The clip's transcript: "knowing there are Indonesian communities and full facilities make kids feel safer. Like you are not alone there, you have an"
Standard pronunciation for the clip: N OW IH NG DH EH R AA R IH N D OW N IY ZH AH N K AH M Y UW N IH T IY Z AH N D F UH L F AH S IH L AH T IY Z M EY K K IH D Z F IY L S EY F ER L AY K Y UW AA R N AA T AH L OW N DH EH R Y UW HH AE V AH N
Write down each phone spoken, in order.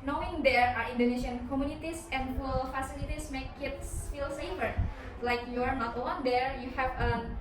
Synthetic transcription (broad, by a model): N OW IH NG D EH R AA R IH N D OW N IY SH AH N K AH M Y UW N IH T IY S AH N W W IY L F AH S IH L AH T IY S M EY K K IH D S F IY L S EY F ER L AY K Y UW AA R N AA T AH OW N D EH R Y UW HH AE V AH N